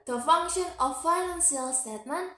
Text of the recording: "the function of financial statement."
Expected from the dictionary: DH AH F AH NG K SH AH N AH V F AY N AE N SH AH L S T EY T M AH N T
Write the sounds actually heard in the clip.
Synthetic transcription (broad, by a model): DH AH F AH NG K SH AH N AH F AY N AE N S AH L S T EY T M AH N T